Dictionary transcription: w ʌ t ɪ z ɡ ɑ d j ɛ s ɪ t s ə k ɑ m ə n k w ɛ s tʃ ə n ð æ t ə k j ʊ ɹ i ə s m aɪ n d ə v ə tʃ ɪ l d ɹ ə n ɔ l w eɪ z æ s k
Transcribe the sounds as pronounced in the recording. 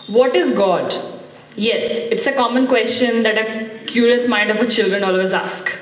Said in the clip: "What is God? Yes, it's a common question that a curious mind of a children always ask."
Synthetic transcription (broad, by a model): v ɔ t ɪ z ɡ ɑ d j ɛ s ɪ t s ə k ɑ m ə n k w ɛ s tʃ ə n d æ t ə k j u ɹ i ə s m aɪ n d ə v ə tʃ ɪ l d ɹ ə n ɔ l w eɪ z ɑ s k